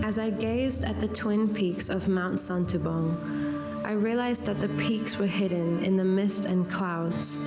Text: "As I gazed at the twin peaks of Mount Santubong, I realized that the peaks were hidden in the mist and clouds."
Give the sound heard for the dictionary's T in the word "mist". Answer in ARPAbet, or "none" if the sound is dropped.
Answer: T